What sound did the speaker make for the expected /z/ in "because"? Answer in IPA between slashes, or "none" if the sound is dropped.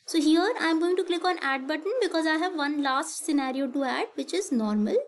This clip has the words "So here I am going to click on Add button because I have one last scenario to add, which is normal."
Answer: /z/